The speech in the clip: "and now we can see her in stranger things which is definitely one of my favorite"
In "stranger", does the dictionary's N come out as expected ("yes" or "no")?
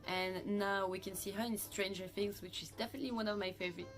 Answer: yes